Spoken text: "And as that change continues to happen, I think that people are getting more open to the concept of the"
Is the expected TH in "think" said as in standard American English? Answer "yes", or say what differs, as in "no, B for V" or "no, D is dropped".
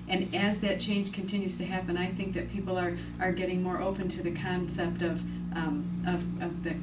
yes